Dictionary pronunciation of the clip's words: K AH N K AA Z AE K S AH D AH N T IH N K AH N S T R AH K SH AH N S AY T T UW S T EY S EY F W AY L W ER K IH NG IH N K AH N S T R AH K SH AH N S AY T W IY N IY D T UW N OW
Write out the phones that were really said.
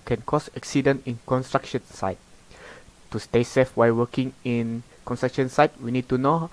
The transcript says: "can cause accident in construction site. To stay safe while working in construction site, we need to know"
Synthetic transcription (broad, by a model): K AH N K AA S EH K S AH D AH N IH N K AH N S T R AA K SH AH N S AY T T UW S T EY S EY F W AY L W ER K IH NG IH N K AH N S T R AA K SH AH N S AY T W IY N IY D T UW N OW